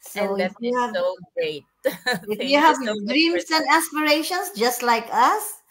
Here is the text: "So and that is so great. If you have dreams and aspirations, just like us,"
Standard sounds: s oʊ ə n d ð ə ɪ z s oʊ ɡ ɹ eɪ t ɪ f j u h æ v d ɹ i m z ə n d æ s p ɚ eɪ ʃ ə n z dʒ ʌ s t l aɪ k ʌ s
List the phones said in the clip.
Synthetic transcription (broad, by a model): s oʊ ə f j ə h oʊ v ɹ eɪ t ɪ f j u h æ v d ɹ i m s ə n d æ s p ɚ eɪ ʃ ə n s dʒ ʌ s t l aɪ k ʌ s